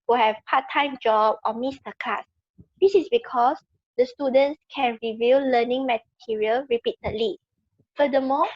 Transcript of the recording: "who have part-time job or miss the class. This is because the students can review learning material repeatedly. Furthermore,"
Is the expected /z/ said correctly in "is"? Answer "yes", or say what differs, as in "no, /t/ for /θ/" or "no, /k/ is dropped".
no, /s/ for /z/